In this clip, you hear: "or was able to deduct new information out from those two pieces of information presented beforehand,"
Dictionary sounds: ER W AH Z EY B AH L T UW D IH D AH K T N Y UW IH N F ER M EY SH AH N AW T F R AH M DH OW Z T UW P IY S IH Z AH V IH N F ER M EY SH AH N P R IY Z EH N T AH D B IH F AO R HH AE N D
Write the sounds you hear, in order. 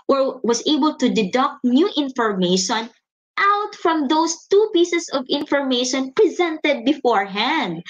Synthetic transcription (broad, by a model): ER W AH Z EY B AH L T UW D IH D AH K T N Y UW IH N F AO M EY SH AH N AW T F R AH M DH OW S T UW P IY S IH S AH V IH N F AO M EY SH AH N P R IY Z EH N T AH D B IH F AO R HH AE N D